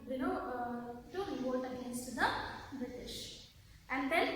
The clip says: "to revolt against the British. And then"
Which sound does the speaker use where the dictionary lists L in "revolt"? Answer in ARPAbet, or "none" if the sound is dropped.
none